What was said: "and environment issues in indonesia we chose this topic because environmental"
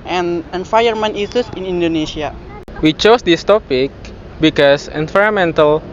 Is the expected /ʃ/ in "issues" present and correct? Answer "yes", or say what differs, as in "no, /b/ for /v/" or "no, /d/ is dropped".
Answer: no, /s/ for /ʃ/